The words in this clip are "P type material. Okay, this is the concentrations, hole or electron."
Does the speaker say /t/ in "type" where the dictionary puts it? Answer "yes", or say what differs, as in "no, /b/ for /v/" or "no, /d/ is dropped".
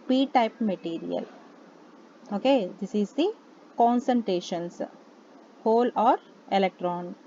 yes